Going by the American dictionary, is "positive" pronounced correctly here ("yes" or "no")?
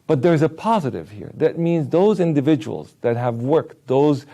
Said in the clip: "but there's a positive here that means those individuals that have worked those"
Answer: yes